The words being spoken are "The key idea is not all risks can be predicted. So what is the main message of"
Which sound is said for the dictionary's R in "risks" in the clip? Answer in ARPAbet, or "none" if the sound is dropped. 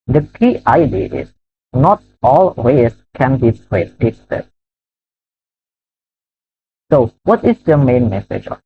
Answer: W